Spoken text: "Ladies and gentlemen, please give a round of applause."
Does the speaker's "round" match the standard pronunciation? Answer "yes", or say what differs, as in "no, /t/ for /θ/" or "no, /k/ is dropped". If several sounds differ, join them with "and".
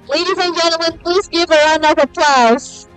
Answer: no, /d/ is dropped